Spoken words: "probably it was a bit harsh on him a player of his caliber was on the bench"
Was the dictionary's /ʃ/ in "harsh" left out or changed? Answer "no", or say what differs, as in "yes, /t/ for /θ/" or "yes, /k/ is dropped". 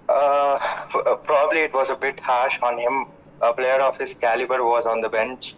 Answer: no